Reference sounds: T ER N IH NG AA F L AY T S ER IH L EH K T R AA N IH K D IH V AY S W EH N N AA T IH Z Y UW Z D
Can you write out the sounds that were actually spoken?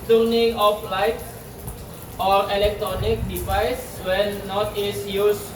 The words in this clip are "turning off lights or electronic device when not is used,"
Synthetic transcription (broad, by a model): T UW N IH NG AA F L AY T AO IH L EH K T R AA N IH K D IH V AY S W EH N N AA T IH S Y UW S